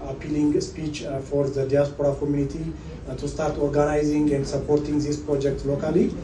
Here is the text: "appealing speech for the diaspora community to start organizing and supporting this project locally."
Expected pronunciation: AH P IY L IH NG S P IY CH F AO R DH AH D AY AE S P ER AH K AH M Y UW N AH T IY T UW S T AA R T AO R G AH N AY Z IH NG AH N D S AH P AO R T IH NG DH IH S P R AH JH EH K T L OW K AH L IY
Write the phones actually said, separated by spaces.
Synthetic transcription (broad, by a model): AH P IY L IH NG S P IY CH F AO R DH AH D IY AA S P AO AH K AH M Y UW N AH T IY T UW S T AA R T AO R G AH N AY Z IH NG AH N D S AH P AO R T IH NG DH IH S P R AH JH EH K T L OW K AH L IY